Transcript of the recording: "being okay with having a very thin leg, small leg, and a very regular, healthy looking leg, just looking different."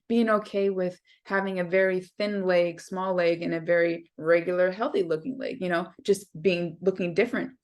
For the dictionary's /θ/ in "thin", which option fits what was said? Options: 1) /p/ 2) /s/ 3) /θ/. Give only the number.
3